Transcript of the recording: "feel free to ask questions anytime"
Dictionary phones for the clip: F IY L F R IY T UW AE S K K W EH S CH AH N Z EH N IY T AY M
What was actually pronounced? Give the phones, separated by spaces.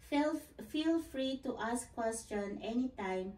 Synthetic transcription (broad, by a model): F IY L F R IY T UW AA S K K W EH S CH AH N EH N IY T AY M